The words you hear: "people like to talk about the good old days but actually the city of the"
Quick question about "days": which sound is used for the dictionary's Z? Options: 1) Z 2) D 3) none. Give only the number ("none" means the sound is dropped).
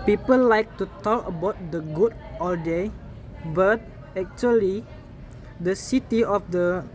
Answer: 3